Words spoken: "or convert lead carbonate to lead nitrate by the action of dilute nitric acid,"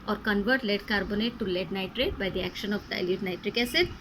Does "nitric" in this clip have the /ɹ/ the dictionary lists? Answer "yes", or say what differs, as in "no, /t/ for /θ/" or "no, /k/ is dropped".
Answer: yes